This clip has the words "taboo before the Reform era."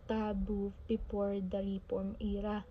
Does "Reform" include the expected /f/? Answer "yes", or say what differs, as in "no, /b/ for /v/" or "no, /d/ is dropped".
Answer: no, /p/ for /f/